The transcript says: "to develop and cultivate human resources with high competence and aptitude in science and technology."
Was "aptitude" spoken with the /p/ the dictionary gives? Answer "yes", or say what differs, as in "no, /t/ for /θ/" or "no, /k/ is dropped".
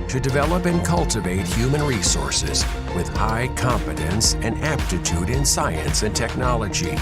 yes